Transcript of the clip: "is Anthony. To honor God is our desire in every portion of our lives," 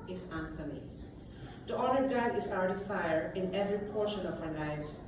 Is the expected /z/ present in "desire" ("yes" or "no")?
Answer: no